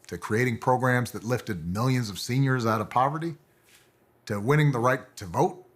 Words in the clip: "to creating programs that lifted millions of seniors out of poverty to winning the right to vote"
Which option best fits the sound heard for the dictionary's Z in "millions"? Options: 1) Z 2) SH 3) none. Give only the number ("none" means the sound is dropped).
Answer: 1